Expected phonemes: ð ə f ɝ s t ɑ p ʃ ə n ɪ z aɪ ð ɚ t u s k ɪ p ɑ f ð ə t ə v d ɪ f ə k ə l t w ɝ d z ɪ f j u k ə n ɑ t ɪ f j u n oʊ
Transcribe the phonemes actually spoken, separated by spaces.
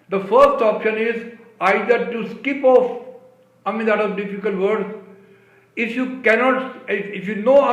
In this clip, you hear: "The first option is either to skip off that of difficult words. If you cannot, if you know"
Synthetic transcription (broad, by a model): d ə f ɝ s t ɑ p ʃ ə n ɪ z aɪ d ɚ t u s k ɪ p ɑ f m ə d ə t d ɪ f ə k ə l t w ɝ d ɪ f j u k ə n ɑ t ɪ f j u n oʊ